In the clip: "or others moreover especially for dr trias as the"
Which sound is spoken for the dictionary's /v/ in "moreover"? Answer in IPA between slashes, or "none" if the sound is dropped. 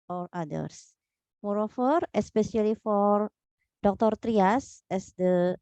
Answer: /f/